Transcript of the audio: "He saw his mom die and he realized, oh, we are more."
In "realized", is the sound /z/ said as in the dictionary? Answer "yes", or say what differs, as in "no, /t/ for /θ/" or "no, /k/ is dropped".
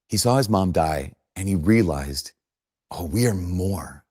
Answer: yes